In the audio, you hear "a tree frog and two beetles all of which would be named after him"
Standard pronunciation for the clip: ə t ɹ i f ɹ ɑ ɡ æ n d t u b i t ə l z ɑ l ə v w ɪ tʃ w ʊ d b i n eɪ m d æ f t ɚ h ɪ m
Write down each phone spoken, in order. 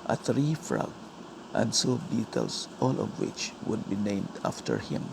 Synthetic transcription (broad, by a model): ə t ɹ i f ɹ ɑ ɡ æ n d s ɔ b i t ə l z ɑ l ə v w ɪ tʃ w ʊ d b i n eɪ m d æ f t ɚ h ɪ m